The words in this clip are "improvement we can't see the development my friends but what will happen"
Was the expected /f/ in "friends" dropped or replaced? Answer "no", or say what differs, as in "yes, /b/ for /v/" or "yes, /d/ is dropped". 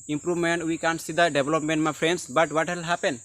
yes, /p/ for /f/